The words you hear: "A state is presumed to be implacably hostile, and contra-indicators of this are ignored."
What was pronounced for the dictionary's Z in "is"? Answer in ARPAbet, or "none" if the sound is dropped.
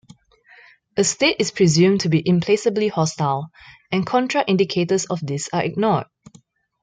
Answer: S